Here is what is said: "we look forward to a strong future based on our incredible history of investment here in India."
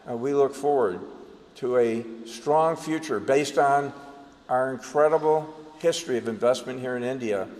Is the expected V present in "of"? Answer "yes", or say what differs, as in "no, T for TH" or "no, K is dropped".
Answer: yes